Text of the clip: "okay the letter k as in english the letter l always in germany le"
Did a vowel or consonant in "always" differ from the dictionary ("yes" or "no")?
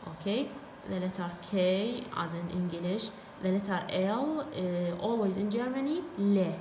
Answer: no